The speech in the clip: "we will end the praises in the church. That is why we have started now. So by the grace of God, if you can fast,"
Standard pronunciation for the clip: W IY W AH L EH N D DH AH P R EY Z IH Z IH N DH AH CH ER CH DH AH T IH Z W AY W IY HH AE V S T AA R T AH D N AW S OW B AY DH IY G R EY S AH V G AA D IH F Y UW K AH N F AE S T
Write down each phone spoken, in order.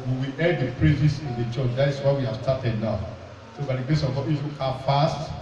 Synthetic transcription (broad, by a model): W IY W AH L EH D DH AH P R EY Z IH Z IH N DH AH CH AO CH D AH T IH S W AY W IY HH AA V S T AA T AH D N AW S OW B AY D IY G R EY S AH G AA IH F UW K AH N F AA S T